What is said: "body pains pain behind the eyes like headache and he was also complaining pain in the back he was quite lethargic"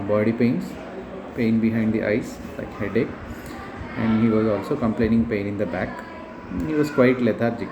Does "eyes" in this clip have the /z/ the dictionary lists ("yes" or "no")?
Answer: no